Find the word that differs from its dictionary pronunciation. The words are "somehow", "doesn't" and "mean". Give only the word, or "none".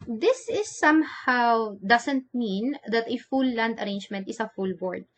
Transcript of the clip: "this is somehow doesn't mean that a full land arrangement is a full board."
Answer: doesn't